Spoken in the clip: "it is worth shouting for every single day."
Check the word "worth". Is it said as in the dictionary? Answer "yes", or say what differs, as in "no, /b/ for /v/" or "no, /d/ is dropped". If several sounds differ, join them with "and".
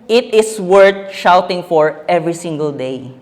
no, /t/ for /θ/